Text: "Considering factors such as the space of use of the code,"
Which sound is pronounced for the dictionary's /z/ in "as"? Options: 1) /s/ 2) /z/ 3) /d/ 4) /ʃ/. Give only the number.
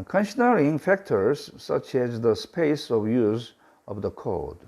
2